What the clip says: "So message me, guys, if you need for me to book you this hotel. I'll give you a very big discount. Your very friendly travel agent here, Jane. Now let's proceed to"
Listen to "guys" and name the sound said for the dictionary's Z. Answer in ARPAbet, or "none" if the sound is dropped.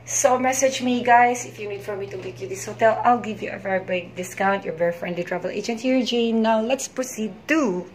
S